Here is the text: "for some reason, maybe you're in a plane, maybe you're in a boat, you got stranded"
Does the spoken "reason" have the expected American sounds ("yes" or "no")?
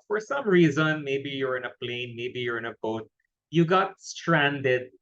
yes